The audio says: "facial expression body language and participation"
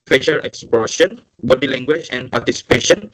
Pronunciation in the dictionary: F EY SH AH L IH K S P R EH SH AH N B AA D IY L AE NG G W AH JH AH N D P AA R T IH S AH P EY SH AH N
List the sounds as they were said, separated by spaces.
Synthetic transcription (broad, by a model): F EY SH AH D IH K S P AO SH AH N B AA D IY L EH NG G W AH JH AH N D P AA R T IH S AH P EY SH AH N